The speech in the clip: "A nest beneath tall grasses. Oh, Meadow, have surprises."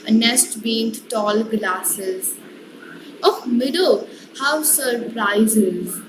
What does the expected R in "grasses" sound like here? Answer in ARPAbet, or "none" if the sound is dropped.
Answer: L